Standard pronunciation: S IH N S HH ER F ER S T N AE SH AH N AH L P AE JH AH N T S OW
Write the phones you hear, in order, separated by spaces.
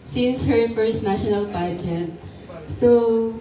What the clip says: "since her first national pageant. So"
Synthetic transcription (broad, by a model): S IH N S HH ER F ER S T N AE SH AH N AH L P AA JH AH T S OW